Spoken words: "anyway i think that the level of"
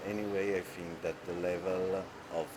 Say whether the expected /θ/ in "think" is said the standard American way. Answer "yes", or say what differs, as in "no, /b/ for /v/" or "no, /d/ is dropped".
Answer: no, /f/ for /θ/